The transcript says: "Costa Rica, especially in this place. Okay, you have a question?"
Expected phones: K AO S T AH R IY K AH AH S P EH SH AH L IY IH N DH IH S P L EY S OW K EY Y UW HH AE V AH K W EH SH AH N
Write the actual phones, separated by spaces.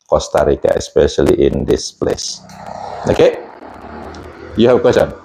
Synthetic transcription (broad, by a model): K AO S T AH R IY K AH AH S P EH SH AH L IY IH N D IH S P L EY S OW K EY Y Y AH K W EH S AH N